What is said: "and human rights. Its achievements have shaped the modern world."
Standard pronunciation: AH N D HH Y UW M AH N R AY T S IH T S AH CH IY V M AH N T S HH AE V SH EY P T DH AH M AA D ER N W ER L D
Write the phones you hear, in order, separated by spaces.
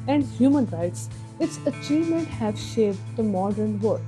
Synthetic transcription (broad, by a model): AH N D HH Y UW M AH N R AY T S IH T S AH CH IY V M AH N T HH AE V SH EY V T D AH M AA D ER N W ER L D